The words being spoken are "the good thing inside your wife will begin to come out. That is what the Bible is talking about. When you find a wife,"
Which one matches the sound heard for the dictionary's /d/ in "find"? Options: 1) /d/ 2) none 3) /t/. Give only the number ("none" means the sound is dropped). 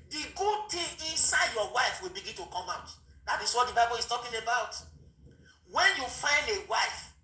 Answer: 1